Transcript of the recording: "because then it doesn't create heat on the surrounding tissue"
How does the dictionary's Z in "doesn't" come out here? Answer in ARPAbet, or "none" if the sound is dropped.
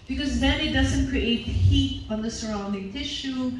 Z